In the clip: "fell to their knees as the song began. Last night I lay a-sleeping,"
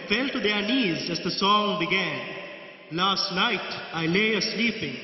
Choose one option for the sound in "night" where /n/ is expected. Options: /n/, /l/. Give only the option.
/l/